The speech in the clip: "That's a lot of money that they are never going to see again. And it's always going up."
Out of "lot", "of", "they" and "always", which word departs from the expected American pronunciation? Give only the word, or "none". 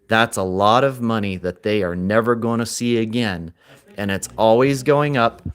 none